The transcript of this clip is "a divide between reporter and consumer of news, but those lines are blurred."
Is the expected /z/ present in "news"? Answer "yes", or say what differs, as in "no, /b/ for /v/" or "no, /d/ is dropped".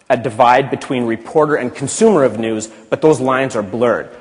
yes